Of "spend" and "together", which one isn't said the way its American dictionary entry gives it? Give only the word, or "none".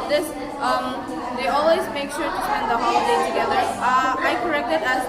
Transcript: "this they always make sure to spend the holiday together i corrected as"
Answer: spend